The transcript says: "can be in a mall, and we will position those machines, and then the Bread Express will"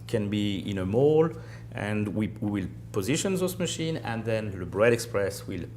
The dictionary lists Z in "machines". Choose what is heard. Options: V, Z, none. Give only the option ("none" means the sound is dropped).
none